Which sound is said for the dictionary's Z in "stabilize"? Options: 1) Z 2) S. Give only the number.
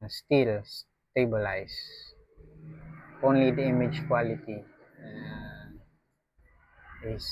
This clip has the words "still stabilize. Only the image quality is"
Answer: 2